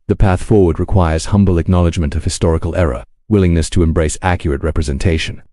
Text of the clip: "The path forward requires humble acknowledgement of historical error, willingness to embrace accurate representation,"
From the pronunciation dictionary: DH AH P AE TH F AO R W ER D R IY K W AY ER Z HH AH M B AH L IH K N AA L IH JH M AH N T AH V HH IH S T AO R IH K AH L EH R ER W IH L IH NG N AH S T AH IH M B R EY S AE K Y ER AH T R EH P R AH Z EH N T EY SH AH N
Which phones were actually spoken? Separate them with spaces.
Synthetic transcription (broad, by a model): DH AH P AE TH F AO R W ER D R IY K W AY ER Z HH AH M B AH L IH K N AA L IH JH M AH N T AH V HH IH S T AO R IH K AH L EH R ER W IH L IH NG N AH S T AH IH M B R EY S AE K Y ER AH T R EH P R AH Z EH N T EY SH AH N